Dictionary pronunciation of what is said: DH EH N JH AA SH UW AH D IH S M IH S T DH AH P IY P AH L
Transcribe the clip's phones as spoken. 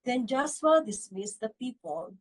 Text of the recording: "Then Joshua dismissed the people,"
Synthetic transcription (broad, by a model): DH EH N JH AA S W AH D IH S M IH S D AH P IY P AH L